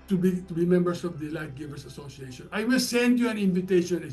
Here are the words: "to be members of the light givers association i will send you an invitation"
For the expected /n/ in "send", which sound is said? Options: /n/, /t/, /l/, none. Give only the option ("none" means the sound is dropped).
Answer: /n/